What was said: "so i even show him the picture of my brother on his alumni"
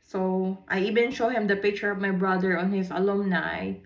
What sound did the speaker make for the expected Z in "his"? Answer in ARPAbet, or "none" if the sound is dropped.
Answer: S